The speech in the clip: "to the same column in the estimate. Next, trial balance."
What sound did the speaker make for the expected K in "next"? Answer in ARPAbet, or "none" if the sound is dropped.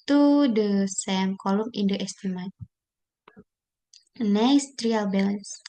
none